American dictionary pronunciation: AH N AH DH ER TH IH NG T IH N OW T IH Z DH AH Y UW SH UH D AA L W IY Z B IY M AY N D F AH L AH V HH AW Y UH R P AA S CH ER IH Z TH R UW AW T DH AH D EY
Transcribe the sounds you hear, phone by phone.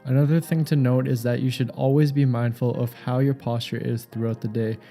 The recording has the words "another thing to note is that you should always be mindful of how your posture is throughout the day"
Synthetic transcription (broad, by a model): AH N AH DH ER TH IH NG T IH N OW T IH Z DH AH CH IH SH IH D AA L W IY Z B IY M AY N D F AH L AH V HH AW Y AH R P AA S CH ER IH Z TH R UW AW T DH AH D EY